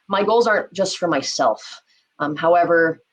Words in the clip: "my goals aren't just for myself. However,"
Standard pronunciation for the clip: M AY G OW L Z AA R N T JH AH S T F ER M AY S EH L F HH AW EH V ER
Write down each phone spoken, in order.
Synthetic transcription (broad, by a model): M AY G OW L Z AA R N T JH AH S T F ER M AY S EH L F HH AW EH V ER